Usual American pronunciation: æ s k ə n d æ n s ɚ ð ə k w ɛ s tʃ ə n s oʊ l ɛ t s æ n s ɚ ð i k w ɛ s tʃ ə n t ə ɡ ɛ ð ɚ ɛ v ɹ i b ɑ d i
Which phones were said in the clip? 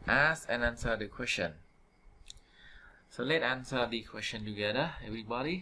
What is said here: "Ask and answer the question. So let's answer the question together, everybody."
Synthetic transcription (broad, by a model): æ s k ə n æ n s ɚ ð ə k w ɛ s tʃ ə n s oʊ l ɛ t æ n s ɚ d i k w ɛ s tʃ ə n t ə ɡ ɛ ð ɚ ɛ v ɹ i b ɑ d i